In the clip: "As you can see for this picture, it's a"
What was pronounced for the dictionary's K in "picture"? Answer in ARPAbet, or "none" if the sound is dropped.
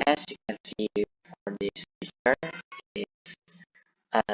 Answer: none